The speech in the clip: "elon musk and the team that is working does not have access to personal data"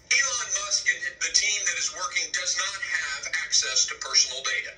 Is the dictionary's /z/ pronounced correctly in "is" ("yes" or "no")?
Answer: yes